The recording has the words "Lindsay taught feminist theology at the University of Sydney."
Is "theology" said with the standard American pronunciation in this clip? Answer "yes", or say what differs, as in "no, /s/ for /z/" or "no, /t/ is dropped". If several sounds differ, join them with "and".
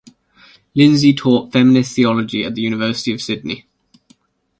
yes